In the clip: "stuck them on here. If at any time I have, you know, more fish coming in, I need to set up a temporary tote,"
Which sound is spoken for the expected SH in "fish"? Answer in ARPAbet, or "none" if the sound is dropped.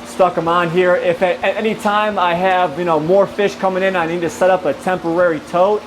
SH